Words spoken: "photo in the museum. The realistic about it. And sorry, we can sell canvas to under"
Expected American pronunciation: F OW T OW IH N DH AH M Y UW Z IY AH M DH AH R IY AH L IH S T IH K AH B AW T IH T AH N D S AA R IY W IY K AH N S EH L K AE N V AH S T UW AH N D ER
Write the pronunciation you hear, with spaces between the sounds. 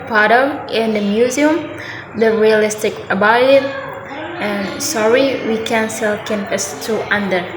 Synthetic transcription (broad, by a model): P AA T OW IH N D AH M Y UW Z IY AH M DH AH R IY AH L IH S T IH K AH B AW IH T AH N S AA R IY W IY K AH N S EH L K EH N P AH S T UW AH N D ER